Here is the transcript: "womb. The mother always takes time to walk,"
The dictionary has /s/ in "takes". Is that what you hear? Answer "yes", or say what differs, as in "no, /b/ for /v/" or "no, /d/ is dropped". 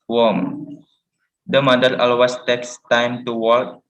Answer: yes